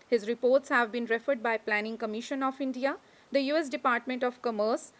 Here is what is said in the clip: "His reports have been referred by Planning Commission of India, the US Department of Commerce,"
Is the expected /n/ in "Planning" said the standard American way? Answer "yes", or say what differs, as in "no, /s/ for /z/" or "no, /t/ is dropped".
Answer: yes